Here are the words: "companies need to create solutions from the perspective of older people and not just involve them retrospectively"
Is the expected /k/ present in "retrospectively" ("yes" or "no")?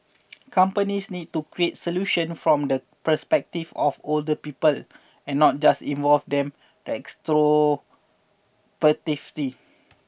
no